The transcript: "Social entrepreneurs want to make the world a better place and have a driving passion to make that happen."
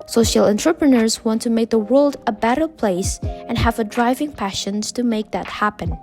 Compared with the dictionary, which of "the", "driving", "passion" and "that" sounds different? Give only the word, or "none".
none